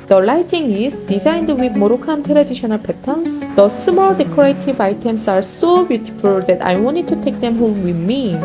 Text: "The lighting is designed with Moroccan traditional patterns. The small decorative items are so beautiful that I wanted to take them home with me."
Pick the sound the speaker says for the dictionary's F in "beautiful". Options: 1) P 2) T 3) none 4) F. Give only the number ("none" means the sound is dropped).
1